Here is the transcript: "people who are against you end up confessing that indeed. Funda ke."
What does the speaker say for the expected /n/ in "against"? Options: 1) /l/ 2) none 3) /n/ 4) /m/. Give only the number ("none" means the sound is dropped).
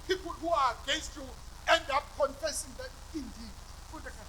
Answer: 2